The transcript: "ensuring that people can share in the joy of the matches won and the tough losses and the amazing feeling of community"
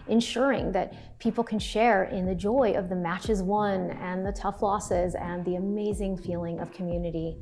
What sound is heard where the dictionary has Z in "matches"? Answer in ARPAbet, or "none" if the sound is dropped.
Z